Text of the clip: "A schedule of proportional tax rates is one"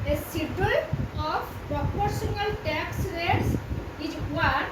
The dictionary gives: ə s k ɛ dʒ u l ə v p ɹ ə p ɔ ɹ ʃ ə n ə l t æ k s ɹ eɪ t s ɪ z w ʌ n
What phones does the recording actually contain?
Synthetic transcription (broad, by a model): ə s i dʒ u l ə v p ɹ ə p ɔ ɹ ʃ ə n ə l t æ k s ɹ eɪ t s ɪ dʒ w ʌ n